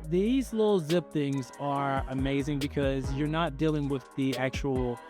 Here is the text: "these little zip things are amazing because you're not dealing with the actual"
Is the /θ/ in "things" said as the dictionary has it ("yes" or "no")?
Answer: yes